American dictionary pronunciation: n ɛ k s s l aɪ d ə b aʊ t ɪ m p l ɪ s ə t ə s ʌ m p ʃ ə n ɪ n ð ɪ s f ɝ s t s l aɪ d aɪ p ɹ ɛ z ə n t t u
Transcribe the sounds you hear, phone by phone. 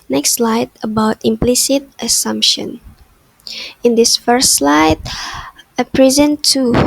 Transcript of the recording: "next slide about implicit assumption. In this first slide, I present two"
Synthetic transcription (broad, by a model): n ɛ k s s l aɪ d ə b aʊ t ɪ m p l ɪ s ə t ə s ʌ m p ʃ ə n ɪ n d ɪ s f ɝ s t s l aɪ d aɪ p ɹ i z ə n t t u